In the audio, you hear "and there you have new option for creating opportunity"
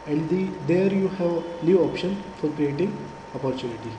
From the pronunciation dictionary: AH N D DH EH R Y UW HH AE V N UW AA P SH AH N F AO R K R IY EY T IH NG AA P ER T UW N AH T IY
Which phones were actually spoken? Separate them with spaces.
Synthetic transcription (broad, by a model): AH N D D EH R Y UW HH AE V L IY AA P SH AH N F AO R K R IY EY T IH NG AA P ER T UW N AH T IY